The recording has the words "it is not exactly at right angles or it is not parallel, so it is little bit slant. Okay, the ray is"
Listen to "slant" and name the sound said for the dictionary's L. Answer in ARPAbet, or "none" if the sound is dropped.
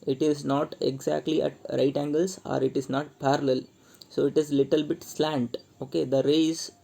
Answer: L